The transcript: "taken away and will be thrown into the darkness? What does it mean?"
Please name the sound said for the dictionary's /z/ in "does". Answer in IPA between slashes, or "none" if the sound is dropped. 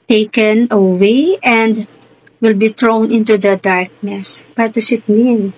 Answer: /s/